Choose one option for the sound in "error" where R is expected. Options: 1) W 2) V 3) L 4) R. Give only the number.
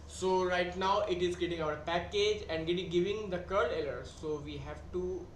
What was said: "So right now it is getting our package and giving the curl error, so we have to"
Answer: 3